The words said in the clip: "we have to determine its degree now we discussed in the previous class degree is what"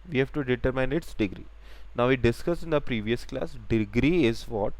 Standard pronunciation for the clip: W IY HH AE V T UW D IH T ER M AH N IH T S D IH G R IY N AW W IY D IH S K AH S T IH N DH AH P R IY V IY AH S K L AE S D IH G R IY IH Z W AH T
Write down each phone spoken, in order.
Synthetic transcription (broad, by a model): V IY HH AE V T UW D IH T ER M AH N IH T S D IH G R IY N AW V IY D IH S K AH S IH N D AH P R IY V IY AH S K L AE S D IH G R IY IH Z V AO T